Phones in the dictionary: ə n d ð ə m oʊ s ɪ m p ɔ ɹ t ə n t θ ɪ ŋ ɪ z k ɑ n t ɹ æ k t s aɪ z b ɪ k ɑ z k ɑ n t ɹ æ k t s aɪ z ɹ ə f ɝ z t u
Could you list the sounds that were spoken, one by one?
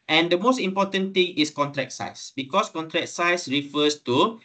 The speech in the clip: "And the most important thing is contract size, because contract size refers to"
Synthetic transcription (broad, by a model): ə n d ə m oʊ s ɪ m p ɔ t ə n t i ŋ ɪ s k ɑ n t ɹ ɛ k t s aɪ s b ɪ k ɑ s k ɑ n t ɹ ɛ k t s aɪ s ɹ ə f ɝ s t u